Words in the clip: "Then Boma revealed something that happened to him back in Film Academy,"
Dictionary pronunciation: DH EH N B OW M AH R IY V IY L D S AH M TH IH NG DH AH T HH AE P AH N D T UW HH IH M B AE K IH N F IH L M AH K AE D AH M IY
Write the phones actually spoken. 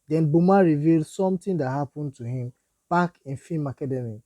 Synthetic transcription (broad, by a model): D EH N B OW M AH R IY V IY L D S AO M T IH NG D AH T HH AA P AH N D T UW HH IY M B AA K IH N F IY M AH K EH D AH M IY